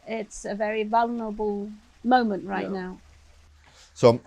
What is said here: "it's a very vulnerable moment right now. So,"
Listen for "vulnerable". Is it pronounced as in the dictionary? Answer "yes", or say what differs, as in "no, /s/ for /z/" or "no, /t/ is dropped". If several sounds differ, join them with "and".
yes